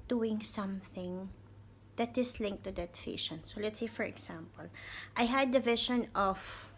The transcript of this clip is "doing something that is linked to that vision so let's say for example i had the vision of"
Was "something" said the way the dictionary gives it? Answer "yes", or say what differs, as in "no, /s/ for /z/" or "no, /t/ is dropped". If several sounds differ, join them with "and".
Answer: yes